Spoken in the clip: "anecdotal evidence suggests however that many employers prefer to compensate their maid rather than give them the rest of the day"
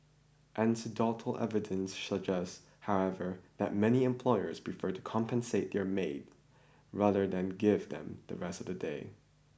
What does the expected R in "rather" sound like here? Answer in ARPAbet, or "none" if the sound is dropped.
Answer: R